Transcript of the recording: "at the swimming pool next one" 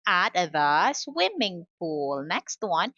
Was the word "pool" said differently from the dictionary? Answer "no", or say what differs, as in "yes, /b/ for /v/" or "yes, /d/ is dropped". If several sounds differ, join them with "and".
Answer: yes, /f/ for /p/